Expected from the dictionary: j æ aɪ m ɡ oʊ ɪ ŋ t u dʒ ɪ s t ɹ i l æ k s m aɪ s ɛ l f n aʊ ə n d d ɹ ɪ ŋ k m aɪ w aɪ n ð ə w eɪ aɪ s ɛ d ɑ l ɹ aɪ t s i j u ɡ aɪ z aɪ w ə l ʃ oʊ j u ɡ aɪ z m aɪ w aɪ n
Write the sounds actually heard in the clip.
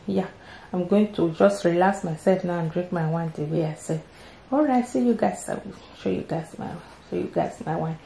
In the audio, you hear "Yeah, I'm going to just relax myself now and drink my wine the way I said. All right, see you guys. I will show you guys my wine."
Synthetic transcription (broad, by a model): j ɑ aɪ m ɡ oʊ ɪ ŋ t u dʒ ɪ s t ɹ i l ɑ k s m aɪ s ɛ l f n aʊ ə n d d ɹ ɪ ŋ k m aɪ w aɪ n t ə w eɪ aɪ s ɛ ɑ l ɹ aɪ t s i j u ɡ aɪ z aɪ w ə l ʃ oʊ j u ɡ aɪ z m aɪ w aɪ n